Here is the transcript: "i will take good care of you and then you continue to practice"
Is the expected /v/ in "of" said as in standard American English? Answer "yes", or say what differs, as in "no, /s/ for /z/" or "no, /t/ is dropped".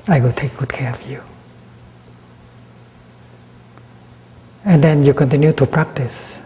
no, /f/ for /v/